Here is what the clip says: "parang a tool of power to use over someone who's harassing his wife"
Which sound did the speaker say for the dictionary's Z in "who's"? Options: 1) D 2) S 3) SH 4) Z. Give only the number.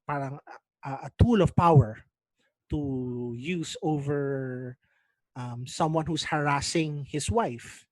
2